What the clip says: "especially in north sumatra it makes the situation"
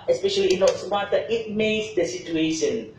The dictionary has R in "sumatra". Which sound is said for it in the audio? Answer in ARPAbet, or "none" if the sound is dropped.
none